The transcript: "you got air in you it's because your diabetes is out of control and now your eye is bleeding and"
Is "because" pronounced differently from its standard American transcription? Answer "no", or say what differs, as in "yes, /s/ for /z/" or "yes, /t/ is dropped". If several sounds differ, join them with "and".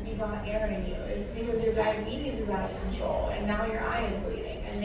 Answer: no